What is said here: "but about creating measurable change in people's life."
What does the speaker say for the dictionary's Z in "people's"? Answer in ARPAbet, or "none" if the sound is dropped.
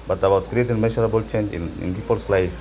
S